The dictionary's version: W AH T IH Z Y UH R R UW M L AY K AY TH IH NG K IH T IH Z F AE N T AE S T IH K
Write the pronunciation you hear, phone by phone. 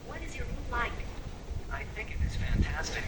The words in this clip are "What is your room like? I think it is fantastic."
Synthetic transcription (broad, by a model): W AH T IH Z Y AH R R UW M L AY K AY TH IH NG K IH T IH Z F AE N T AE S T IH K